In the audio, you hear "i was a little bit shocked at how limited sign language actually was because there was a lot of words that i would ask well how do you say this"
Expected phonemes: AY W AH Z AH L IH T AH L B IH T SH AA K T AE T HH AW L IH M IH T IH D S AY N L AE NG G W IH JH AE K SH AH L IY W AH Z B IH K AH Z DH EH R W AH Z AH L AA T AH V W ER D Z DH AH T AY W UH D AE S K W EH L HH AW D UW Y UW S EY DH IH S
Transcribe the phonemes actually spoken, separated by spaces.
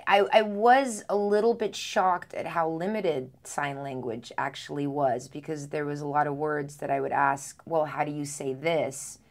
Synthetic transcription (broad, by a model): AY W AH Z AH L IH T L B IH T SH AA K T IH T HH AW L IH M IH T IH D S AY N L AE NG G W IH JH AE K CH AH L IY W AH Z B IH K AH Z DH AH R W AH Z AH L AA T AH V W ER D Z DH AH T AY W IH D AE S K W EH L HH AW D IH Y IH S EY DH IH S